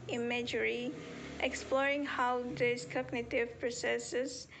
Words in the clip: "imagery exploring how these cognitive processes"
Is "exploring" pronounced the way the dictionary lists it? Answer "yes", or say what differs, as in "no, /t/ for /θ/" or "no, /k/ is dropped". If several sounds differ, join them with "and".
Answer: yes